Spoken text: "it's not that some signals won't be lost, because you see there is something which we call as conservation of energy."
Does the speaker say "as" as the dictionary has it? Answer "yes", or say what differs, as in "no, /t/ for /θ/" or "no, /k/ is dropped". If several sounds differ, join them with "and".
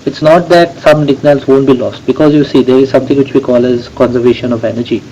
yes